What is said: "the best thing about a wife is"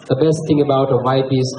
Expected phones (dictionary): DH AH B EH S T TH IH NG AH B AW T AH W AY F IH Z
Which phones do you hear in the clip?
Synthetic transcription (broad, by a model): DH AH B EH S T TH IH NG AH B AW T AH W AY P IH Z